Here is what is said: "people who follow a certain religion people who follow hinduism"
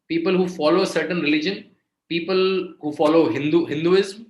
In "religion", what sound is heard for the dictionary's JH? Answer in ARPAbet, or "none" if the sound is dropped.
JH